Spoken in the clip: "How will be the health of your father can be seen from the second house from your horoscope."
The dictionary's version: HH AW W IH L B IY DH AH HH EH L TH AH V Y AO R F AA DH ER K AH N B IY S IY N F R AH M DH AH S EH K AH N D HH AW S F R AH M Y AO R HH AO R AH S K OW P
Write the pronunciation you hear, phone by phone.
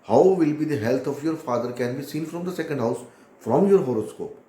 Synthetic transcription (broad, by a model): HH AW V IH L B IY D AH HH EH L T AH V Y AO R F AA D ER K AH N B IY S IY N F R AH M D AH S EH K AH N D HH AW S F R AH M Y AO R HH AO R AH S K OW P